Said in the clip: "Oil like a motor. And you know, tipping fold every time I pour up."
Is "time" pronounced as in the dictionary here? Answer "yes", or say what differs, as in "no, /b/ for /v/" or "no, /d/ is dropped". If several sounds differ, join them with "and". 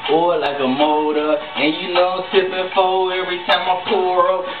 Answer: yes